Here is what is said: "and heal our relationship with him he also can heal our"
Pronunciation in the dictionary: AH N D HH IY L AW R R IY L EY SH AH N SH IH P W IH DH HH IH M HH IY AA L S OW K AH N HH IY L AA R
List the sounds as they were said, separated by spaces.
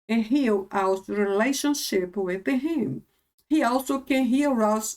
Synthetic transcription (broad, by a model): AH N HH IY L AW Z R IY L EY SH AH N SH IH P W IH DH HH IH M HH IY AA L S OW K AH N HH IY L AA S